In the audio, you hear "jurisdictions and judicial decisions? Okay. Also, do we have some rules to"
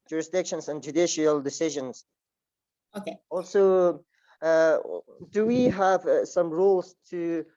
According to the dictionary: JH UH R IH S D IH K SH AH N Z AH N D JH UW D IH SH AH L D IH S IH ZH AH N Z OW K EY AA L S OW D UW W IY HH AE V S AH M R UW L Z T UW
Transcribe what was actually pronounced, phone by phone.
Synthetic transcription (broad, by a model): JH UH R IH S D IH K SH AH N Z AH N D JH UW D IH SH AH L D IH S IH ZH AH N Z OW K EY AA L S OW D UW W IY HH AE V S AH M R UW L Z T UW